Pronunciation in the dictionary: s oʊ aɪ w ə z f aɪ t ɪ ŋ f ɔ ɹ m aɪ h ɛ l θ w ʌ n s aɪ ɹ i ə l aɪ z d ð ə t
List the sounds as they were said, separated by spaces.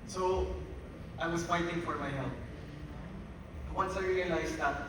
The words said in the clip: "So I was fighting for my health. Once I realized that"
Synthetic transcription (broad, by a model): s oʊ aɪ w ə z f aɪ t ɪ ŋ f ɔ ɹ m aɪ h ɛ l t w ʌ n s aɪ ɹ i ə l aɪ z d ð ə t